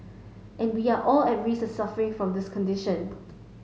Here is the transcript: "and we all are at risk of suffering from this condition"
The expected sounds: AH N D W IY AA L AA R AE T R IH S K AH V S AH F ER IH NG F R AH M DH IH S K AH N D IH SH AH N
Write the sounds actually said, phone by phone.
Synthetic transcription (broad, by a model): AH N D W IY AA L AA L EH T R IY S AH S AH F ER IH NG F R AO M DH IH S K AH N D IH SH AH N